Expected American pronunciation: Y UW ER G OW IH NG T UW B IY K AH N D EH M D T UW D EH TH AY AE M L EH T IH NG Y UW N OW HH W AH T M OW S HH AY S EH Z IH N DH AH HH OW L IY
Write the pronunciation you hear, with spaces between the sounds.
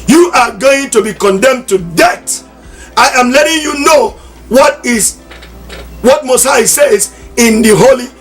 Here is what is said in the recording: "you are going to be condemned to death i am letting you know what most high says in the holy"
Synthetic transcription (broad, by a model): Y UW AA G OW IH NG T UW B IY K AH N D EH M T UW D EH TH AY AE M L EH T IH NG Y UW N OW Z W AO T M OW S AY S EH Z IH N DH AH HH OW L IY